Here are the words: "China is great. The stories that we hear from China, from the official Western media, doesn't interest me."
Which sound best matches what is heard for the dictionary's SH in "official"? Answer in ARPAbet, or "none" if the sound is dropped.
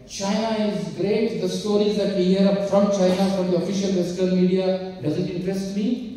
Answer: SH